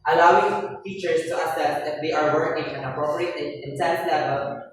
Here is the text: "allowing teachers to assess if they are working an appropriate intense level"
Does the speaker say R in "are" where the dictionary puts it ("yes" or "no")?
yes